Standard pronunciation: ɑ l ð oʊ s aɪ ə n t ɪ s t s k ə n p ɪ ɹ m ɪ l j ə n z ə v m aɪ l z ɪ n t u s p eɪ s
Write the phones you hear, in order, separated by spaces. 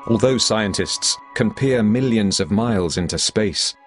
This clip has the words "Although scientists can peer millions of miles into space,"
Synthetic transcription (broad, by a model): ɑ l ð oʊ s aɪ ə n t ɪ s t s k ə n p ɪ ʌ m ɪ l j ə n z ə v m aɪ l z ɪ n t u s p eɪ s